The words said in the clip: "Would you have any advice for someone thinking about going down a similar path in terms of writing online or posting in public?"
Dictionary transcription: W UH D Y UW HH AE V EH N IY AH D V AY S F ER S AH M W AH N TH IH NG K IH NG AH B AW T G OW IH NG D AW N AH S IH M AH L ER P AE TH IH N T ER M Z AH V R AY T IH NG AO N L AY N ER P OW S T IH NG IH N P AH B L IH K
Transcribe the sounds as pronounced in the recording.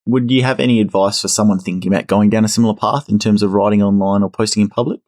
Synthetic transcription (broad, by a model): W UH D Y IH V EH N IY AH D V AY S F ER S AH M W AH N TH IH NG K IH NG AH B AW T G OW IH NG D AW N AH S IH M L ER P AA TH IH N T ER M Z AH V R AY T IH NG AO N L AY N ER P OW S T IH NG IH N P AH B L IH K